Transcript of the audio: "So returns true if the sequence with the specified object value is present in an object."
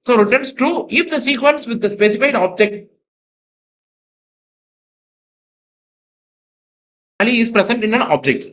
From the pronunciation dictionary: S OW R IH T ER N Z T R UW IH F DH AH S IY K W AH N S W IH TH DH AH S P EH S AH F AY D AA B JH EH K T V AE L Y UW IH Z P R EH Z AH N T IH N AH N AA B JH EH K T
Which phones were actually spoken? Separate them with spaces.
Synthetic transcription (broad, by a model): S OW R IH T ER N S T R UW IH F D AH S IY K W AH N S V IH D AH S P EH S AH F AY D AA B JH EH K T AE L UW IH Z P R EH S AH N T IH N AH N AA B JH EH K T